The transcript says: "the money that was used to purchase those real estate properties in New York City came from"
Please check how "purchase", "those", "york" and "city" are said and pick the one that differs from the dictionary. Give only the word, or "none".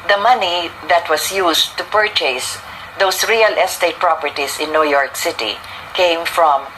those